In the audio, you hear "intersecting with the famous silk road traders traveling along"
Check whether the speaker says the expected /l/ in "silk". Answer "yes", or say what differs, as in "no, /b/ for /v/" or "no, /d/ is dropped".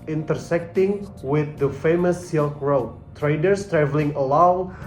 yes